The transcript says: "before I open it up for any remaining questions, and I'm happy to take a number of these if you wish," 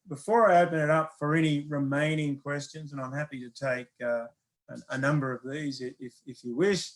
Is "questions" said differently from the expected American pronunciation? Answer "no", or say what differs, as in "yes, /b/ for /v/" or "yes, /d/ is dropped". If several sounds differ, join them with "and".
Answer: no